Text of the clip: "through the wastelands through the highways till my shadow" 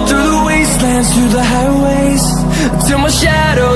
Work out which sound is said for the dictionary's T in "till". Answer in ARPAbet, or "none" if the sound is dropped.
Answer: S